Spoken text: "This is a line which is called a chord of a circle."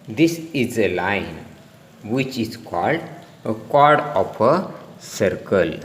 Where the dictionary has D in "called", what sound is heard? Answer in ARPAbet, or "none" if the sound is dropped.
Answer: D